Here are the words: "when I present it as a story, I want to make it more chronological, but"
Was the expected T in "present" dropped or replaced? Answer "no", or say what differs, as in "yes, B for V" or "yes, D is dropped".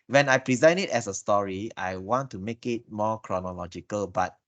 yes, T is dropped